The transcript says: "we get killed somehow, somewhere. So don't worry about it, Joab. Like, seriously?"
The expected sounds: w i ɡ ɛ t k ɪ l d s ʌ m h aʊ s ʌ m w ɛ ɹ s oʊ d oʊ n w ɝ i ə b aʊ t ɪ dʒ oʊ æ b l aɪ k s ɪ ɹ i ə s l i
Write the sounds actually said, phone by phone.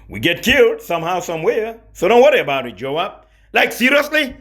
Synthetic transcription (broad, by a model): w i ɡ ɛ t k ɪ l d s ʌ m h aʊ s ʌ m w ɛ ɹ s oʊ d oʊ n w ɝ i ə b aʊ t ɪ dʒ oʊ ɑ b l aɪ k s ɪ ɹ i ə s l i